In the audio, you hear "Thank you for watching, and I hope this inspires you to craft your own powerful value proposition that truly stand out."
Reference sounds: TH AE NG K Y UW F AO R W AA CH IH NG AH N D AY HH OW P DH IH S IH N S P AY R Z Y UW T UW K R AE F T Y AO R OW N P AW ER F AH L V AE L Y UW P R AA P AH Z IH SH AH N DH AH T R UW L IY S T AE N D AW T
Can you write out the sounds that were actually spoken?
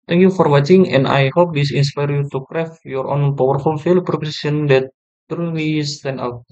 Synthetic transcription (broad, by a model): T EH NG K Y UW F AO R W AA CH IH NG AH N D AY HH OW P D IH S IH N S P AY R Y UW T UW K R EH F Y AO R OW N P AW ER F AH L F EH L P R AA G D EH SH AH N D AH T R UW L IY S T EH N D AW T